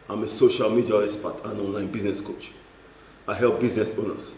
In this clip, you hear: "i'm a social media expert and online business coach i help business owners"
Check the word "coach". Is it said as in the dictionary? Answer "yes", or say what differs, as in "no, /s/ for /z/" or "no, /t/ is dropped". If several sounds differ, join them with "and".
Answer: yes